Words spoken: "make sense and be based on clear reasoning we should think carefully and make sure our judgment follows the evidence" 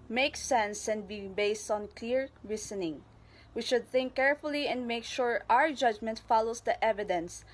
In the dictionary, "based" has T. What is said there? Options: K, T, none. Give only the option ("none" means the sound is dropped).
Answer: T